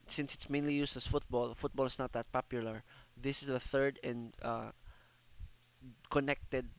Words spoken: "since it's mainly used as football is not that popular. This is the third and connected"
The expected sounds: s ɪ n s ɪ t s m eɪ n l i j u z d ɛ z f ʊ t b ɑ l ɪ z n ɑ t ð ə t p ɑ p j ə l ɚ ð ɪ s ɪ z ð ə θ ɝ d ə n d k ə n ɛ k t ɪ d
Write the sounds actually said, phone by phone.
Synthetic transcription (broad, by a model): s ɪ n s ɪ t s m eɪ n l i j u s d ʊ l f ʊ t b ɑ l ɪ s n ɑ t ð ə t p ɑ p j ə l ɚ ð ɪ s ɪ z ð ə θ ɝ d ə n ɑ k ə n ɛ k t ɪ d